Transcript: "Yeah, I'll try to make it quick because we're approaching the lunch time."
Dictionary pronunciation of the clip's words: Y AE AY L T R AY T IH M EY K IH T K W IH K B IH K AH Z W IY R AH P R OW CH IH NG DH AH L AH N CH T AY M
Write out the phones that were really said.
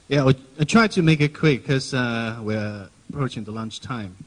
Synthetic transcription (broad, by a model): Y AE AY T R AY T IH M EY K IH T K W IH K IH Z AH W IY R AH P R OW CH IH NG DH AH L AH N CH T AY M